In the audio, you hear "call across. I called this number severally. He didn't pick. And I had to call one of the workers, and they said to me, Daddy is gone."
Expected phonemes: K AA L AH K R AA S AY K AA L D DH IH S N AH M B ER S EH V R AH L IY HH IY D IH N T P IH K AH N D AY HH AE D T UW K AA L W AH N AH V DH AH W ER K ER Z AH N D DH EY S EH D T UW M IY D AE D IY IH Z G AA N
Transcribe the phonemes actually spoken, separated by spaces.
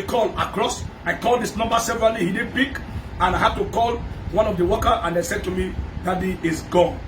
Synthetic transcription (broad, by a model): K AA L AH K R AA S AY K AA L D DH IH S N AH M B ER S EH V R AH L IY HH IY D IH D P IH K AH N AY HH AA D T UW K AA L W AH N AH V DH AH W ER K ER AH N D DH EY S EH D T UW M IY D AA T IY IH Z G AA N